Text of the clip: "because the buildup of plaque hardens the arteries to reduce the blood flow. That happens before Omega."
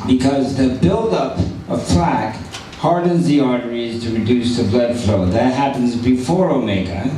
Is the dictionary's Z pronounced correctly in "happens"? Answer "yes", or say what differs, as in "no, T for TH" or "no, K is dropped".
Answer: yes